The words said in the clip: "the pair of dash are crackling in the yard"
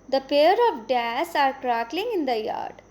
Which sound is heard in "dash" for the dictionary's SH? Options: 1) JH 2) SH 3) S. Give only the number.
3